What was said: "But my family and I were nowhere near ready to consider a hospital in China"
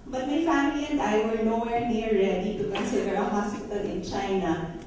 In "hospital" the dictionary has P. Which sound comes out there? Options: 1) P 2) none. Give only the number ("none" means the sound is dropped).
2